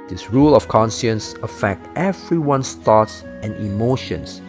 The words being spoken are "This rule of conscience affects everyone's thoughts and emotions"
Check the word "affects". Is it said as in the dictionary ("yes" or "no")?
no